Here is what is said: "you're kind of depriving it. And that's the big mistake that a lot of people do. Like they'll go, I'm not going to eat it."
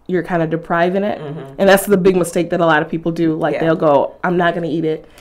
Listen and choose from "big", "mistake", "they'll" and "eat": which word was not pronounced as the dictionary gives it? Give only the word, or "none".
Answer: none